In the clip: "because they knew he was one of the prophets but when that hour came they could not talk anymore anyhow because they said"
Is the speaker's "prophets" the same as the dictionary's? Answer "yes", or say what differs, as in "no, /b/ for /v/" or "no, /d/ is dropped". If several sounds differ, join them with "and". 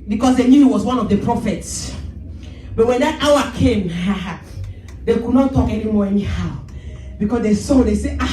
yes